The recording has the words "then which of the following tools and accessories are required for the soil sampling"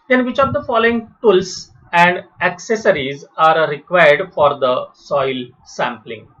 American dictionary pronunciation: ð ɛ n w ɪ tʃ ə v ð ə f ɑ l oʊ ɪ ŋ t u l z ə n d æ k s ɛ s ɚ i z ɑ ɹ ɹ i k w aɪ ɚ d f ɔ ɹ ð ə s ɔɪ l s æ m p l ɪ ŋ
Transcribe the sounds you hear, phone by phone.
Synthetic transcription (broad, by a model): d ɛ n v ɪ tʃ ə v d ə f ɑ l oʊ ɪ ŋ t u l s ə n d æ k s ɛ s ɚ i z ɑ ɹ ɹ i k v aɪ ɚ d f ɔ ɹ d ə s ɔɪ l s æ m p l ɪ ŋ